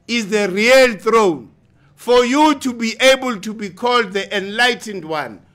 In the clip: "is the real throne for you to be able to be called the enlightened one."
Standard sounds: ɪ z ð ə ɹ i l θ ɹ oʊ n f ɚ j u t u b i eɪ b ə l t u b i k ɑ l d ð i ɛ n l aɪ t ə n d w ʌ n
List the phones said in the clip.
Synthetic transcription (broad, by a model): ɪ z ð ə ɹ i l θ ɹ oʊ n f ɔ j u t u b i eɪ b ə l t u b i k ɑ l d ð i ɛ n l aɪ t ə n d w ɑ n